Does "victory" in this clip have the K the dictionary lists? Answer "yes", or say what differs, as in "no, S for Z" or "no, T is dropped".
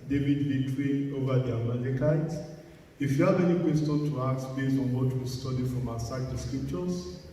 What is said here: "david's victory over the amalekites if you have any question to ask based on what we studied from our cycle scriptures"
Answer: no, K is dropped